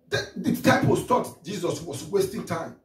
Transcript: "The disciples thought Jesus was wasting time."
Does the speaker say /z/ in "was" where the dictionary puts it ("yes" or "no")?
no